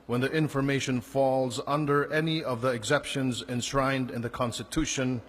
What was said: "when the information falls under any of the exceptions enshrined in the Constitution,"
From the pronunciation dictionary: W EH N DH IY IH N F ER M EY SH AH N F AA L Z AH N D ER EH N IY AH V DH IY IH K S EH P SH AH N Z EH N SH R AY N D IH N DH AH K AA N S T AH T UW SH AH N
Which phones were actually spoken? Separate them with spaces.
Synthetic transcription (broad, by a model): W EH N DH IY IH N F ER M EY SH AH N F AA L Z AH N D ER EH N IY AH V DH IY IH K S EH P SH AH N Z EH N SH R AY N D IH N DH AH K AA N S T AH T UW SH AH N